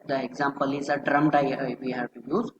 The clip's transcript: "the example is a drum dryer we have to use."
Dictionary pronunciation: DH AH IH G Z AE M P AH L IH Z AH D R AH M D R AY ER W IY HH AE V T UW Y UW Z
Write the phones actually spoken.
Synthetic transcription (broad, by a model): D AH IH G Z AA M P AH L IH Z AH D R AH M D AY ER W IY HH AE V T UW Y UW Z